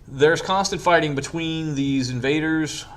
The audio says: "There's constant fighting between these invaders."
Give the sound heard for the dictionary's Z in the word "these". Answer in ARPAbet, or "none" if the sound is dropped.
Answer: Z